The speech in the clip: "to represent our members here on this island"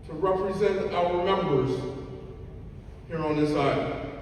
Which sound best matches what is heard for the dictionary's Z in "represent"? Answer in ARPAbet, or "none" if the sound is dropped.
Z